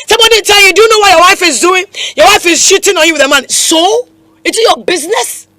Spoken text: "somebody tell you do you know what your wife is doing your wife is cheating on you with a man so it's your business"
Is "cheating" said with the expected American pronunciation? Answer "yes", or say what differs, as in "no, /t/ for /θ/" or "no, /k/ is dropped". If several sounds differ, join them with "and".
no, /ʃ/ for /tʃ/